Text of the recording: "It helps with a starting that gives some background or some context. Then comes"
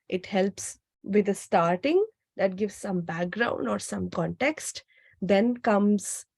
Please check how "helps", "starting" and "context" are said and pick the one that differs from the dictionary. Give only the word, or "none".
none